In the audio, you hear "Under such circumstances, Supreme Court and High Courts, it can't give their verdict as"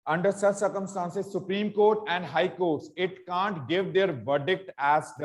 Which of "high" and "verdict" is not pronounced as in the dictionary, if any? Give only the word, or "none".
none